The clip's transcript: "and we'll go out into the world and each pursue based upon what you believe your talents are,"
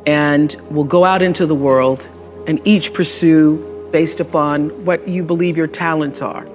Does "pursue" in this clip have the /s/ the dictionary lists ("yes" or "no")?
yes